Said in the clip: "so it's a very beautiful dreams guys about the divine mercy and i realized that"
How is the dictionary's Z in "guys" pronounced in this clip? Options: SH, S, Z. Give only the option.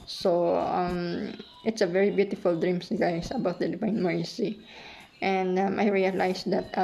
S